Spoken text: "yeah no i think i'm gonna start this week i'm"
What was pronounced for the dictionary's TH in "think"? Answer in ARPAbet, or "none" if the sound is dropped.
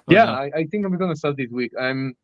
TH